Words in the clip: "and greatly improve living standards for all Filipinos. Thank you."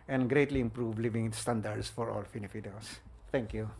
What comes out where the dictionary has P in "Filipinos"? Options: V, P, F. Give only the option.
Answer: F